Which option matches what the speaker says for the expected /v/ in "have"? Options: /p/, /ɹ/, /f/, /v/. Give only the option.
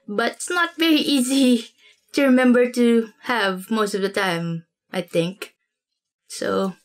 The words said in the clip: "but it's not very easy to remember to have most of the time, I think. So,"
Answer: /v/